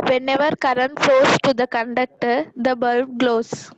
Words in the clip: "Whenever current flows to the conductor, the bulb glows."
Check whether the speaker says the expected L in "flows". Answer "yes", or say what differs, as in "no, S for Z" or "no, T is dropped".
no, L is dropped